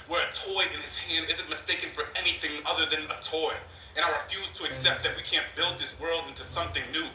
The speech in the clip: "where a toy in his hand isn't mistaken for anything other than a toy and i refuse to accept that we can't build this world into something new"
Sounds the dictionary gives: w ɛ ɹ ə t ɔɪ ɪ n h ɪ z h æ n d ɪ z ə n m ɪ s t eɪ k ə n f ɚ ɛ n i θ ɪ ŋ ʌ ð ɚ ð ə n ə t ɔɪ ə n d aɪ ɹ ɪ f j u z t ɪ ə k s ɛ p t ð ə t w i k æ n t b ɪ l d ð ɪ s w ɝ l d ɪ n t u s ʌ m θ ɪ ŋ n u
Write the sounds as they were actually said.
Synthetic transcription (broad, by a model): w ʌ ɹ ə t ɔɪ ɪ n ɪ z h æ n d ɪ z ə n m ɪ s t eɪ k ə n f ɚ ɛ n i θ ɪ ŋ ʌ ð ɚ ð ə n ə t ɔɪ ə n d aɪ ɹ ɪ f j u z t ɪ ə k s ɛ p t ð ə t w i k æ n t b ɪ l d ð ɪ s w ɝ l d ɪ n t u s ʌ m θ ɪ ŋ n u